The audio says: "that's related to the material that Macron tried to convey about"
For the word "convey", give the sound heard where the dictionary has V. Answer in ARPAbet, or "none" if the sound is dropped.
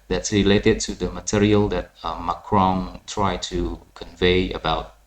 V